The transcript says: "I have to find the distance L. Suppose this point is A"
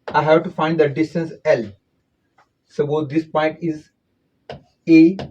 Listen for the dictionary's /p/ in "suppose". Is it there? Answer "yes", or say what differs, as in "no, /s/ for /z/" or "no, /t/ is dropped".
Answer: no, /b/ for /p/